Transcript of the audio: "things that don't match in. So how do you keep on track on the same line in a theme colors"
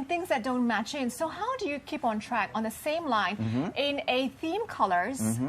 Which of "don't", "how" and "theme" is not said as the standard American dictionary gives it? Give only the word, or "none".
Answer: none